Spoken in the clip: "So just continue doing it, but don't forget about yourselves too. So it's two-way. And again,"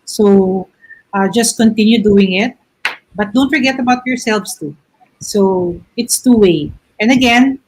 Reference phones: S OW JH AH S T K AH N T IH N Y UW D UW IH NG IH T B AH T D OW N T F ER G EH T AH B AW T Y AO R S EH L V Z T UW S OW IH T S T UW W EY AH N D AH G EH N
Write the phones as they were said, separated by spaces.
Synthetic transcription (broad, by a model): S OW JH AH S T K AH N T IH N Y UW D UW IH NG IH T B AH T D OW N T F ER G EH T AH B AW T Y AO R S EH L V S T UW S OW IH T S T UW W EY AH N D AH G EH N